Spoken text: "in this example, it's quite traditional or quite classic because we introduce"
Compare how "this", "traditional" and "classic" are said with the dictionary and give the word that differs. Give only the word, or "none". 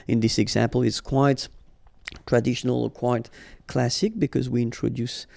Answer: none